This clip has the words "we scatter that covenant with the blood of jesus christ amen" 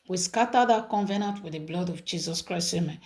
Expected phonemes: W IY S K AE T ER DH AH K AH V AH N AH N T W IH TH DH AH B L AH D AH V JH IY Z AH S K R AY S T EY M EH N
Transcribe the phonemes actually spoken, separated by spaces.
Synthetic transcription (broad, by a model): W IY S K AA T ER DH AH K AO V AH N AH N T W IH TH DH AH B L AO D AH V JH IY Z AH S K R AY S EY M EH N